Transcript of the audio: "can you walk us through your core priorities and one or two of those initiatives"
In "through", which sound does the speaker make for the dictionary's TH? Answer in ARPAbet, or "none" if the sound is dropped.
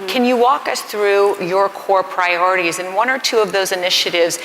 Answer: TH